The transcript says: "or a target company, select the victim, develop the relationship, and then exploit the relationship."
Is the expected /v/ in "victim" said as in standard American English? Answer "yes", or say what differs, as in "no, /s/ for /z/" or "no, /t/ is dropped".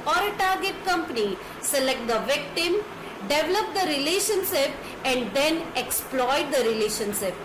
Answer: yes